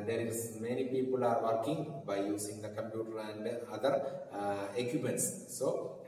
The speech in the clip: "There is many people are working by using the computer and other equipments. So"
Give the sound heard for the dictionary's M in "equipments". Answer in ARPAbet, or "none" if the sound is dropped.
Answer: none